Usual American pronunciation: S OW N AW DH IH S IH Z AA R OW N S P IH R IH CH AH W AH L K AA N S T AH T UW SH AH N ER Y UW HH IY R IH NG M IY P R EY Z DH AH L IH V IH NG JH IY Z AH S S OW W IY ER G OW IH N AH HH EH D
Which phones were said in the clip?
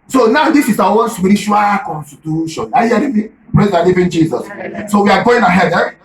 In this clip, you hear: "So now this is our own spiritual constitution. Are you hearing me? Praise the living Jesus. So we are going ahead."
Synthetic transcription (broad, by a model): S OW N AW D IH S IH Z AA W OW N S P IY R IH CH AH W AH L K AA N S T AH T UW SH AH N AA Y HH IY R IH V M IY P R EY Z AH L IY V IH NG JH IY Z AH S S OW W IY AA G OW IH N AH HH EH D